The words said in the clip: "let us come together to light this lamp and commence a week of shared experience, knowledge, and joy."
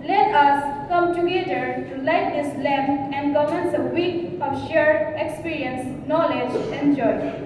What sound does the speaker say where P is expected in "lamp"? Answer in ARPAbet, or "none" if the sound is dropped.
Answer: none